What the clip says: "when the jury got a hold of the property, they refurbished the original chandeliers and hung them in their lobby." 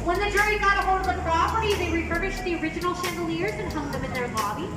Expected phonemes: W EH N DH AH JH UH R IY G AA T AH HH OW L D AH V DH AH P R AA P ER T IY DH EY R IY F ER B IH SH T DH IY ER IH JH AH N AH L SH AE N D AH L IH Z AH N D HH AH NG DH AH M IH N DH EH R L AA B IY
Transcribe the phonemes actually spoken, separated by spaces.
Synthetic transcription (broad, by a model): W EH N DH AH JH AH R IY G AA T AH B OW D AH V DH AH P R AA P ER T IY DH EY R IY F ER IH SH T DH IY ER IH JH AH N L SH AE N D L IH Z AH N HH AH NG DH AH M IH N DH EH R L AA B IY